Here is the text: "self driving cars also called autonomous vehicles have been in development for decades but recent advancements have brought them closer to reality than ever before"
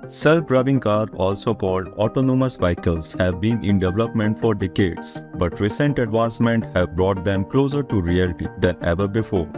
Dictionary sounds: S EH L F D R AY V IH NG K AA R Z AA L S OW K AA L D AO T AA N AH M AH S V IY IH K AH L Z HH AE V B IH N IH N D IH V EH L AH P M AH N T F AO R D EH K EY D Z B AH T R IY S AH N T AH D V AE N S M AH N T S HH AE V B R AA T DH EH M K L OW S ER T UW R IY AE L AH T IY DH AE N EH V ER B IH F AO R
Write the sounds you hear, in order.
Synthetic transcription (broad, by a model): S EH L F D R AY B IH NG K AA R AA L S OW K AA L D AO T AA N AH M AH S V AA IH K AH L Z HH AE V B IH N IH N D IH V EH L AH P M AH N T F AO R D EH K EY D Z B AH T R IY S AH N T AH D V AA N S M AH N T HH AE V B R AA T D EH M K L OW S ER T UW R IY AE L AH T IY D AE N EH V ER B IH F AO R